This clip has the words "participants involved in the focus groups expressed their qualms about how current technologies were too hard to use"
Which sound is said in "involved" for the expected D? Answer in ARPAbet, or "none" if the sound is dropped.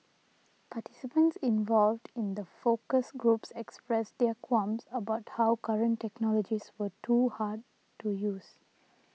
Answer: D